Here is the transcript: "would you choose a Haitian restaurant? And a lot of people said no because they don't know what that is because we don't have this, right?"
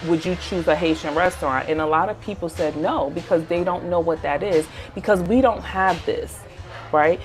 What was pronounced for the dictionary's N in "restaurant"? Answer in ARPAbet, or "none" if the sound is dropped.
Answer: N